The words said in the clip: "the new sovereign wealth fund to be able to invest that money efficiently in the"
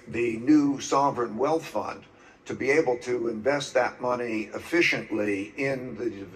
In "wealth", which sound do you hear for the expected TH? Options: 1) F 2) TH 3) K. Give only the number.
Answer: 2